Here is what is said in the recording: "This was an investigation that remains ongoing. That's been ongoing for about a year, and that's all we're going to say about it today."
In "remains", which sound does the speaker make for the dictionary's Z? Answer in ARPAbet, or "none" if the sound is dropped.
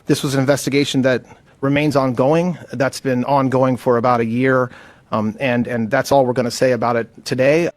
Z